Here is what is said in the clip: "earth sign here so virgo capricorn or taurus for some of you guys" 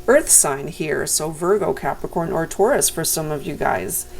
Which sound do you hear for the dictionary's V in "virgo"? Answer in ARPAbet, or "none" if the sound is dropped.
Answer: V